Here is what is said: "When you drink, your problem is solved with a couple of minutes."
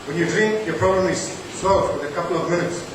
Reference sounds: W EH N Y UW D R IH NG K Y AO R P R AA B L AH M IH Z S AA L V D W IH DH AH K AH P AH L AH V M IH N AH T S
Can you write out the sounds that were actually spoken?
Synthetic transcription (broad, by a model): W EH N Y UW D R IH NG K Y AO R P R AA B L AH M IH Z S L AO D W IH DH AH K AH P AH L AH V M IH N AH T S